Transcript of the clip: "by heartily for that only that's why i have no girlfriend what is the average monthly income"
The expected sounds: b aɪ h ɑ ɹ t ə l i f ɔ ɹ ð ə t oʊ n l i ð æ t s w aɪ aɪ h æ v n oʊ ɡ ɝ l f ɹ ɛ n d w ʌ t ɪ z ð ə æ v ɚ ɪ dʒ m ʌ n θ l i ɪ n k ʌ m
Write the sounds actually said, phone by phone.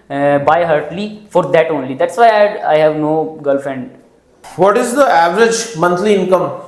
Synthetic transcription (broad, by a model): b aɪ h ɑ ɹ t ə l i f ɔ ɹ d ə t oʊ n l i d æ t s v aɪ aɪ h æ v n oʊ ɡ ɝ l f ɛ n d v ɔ t ɪ z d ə æ v ɚ ɪ dʒ m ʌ n t l i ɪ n k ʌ m